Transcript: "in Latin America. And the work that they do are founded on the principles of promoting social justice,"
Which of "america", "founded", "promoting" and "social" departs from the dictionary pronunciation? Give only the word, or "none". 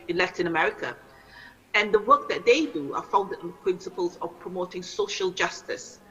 founded